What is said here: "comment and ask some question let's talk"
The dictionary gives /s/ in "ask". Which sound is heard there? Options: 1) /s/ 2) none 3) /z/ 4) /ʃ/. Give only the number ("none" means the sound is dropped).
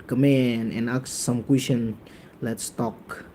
2